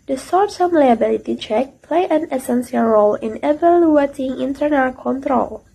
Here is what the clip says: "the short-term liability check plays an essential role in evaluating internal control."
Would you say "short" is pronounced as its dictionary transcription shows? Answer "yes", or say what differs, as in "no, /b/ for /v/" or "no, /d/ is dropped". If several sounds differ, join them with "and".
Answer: no, /s/ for /ʃ/